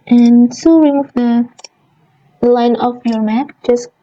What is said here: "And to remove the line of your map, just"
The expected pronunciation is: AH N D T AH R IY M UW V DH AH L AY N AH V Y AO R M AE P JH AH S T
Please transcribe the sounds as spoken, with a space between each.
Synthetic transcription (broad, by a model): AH N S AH W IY M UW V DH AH L AY N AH F Y AO R M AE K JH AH S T